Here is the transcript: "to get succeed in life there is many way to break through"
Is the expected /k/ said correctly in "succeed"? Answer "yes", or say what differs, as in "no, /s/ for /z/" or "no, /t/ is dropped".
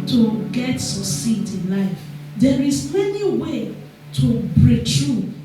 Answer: no, /k/ is dropped